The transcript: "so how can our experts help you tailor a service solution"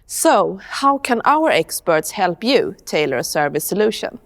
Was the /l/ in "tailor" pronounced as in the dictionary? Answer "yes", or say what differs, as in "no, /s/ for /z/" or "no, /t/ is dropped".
yes